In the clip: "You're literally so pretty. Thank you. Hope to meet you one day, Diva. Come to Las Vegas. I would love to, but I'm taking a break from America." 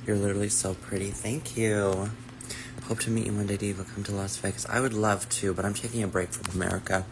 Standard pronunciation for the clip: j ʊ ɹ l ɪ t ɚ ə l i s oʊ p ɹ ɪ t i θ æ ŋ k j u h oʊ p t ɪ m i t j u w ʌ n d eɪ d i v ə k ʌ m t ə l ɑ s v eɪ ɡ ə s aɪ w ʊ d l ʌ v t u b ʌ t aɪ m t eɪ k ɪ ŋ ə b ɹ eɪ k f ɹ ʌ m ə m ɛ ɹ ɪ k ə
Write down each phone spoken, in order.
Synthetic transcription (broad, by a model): j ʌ ɹ l ɪ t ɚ l i s oʊ p ɹ ɪ t i θ æ ŋ k j u h oʊ p t ɪ m i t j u w ʌ n d eɪ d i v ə k ʌ m t ə l ɑ s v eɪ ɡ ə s aɪ w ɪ d l ʌ v t u b ʌ t aɪ m t eɪ k ɪ ŋ ə b ɹ eɪ k f ɹ ʌ m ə m ɛ ɹ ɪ k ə